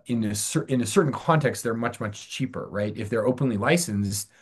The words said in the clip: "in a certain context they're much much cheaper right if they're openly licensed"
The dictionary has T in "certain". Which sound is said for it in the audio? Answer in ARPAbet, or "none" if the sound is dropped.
S